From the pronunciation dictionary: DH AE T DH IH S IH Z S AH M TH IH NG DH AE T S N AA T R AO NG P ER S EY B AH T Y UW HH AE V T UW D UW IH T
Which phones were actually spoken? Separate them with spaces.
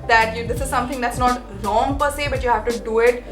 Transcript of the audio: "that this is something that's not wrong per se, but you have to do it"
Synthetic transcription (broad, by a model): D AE T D IH S IH Z S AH M T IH NG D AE T S N AA T R AO NG P ER S EY B AH T Y UW HH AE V T UW D UW IH T